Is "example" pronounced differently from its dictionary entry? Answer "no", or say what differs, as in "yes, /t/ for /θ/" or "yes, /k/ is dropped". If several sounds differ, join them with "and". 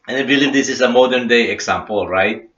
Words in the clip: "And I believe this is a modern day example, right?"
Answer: yes, /s/ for /z/